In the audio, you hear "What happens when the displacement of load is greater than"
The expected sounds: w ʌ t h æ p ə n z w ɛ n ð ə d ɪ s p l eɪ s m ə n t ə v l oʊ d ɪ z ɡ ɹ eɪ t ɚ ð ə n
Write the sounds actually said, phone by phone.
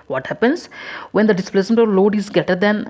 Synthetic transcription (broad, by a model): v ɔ t h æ p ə n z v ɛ n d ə d ɪ s p l eɪ s m ə n t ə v l oʊ d ɪ z ɡ eɪ t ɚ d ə n